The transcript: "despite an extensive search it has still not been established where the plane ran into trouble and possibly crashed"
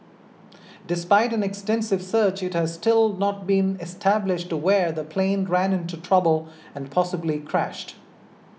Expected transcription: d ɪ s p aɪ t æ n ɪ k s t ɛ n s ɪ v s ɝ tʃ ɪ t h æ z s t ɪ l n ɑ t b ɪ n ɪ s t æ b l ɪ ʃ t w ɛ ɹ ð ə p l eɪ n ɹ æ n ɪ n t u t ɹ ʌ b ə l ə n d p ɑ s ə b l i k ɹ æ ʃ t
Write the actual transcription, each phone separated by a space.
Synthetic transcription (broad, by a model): d ɪ s p aɪ t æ n ɪ k s t ɛ n s ɪ v s ɝ tʃ ɪ t h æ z s t ɪ l n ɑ t b ɪ n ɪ s t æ b l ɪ ʃ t w ɛ ɹ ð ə p l eɪ n ɹ æ n ɪ n t u t ɹ ʌ b ə l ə n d p ɑ s ə b l i k ɹ æ ʃ t